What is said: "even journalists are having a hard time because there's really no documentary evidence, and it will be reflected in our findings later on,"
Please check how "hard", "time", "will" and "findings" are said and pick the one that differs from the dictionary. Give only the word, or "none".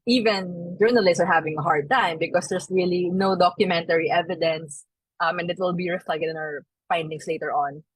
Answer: findings